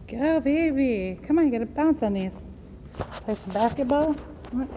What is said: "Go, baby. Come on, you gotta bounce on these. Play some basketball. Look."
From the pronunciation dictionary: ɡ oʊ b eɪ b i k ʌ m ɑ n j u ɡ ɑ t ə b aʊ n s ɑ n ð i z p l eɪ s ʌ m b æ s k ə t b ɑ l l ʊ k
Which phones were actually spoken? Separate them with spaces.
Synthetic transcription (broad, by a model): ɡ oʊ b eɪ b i k ʌ m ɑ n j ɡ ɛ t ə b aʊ n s ɑ n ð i s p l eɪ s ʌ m b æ s k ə t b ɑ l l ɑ